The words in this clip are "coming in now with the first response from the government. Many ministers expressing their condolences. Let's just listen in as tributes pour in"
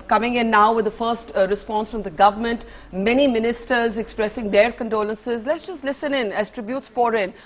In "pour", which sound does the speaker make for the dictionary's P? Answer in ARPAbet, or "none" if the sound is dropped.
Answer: F